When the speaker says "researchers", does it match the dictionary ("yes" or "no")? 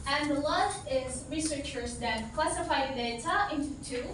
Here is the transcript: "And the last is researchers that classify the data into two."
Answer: yes